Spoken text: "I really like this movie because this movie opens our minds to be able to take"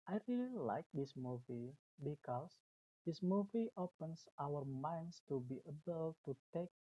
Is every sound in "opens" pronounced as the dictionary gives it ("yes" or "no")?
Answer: no